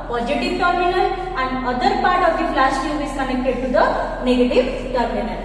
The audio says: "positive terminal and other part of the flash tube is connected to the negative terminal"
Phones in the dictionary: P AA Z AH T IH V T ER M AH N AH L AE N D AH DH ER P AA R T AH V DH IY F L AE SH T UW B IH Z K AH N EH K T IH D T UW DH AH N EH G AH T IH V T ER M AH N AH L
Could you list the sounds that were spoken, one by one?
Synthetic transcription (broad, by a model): P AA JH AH T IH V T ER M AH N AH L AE N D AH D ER P AA R T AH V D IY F L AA S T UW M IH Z K AH N EH K T IH D T UW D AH N EH G AH T IH V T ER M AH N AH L